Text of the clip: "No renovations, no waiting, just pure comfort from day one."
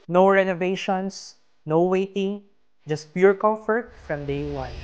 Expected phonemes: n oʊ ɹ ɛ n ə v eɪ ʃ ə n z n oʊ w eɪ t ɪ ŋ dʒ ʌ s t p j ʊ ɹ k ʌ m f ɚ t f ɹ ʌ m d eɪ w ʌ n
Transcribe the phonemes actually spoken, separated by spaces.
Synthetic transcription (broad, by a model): n oʊ ɹ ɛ n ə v eɪ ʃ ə n s n oʊ w eɪ t ɪ ŋ dʒ ʌ s t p j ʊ ɹ k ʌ m f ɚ t f ɹ ʌ m d eɪ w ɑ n